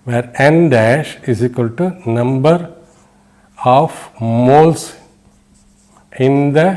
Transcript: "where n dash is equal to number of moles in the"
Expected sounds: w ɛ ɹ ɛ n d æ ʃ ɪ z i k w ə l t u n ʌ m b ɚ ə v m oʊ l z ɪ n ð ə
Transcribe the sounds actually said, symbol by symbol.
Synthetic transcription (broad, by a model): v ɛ ɹ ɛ n d æ ʃ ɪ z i k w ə l t u n ʌ m b ɚ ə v m oʊ l s ɪ n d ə